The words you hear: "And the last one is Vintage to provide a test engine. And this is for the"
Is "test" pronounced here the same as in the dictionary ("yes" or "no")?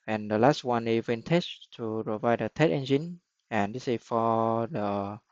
no